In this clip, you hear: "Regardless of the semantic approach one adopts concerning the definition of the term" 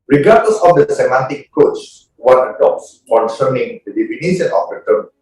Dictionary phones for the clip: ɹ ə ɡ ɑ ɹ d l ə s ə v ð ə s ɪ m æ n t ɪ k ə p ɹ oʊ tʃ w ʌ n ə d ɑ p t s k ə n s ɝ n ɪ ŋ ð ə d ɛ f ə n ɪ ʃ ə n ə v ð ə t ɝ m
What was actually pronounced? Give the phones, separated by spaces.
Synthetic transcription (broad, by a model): ɹ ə ɡ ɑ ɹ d l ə s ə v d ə s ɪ m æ n t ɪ k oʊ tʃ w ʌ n ə d ɑ p t s k ə n s ɝ n ɪ ŋ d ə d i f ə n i s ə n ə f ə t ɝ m